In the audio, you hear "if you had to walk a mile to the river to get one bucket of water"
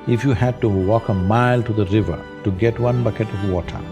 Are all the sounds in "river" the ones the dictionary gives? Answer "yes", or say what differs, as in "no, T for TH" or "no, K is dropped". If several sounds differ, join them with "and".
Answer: yes